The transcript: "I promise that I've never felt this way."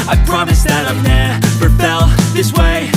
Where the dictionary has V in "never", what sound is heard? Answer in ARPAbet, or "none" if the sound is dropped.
P